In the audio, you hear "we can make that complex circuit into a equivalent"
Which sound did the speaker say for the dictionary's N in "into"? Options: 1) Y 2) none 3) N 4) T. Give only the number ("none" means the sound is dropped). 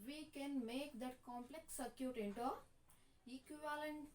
3